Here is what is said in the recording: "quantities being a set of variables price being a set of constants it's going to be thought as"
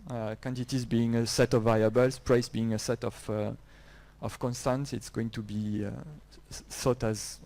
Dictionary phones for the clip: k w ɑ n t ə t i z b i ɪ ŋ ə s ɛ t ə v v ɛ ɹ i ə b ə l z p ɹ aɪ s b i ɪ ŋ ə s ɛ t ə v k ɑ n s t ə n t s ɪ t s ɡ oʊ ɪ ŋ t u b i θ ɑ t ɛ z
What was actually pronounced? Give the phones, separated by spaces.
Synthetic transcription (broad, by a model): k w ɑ n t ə t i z b i ɪ ŋ ə s ɛ t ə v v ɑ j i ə b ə l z p ɹ aɪ s b i ɪ ŋ ə s ɛ t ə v k ɑ n s t ə n t s ɪ t s ɡ oʊ ɪ ŋ t u b i s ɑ t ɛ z